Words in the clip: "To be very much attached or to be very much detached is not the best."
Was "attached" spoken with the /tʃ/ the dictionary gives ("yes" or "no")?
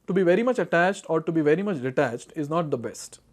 yes